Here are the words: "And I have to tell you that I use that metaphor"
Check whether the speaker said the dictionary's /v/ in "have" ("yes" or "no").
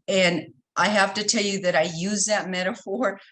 no